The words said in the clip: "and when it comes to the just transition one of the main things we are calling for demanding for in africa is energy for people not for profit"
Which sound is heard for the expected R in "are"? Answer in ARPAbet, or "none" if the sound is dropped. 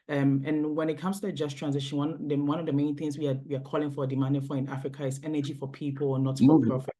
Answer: W